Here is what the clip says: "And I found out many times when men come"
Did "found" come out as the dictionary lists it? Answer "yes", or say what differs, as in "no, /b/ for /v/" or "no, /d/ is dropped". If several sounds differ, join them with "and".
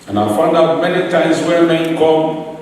yes